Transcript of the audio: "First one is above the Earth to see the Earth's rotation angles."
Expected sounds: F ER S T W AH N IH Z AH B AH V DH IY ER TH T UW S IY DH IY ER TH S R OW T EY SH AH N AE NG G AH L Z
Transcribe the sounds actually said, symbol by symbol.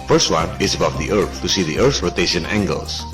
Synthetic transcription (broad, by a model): F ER S T W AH N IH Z AH B AH V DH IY ER TH T UW S IY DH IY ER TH R OW T EY SH AH N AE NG G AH L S